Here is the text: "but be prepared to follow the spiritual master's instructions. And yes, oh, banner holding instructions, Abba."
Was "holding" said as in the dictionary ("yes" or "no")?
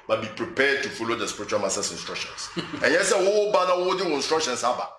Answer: no